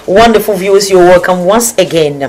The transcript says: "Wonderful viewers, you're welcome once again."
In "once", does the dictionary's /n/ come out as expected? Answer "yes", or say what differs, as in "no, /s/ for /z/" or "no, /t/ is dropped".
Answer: yes